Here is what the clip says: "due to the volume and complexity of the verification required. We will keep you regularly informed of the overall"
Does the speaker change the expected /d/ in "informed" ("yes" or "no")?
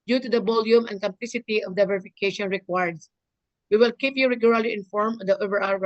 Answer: yes